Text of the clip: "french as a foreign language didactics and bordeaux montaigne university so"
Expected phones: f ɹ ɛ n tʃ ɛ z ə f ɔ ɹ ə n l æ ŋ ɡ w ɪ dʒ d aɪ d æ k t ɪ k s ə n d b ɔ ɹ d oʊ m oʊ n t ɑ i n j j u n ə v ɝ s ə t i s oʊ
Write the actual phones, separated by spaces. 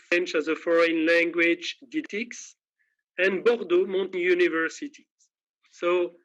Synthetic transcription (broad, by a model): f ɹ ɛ n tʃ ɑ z ə f ɔ ɹ ə n l æ ŋ ɡ w ɪ dʒ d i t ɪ k s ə n b ɔ ɹ d oʊ m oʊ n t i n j j u n ə v ɝ s ə t i s oʊ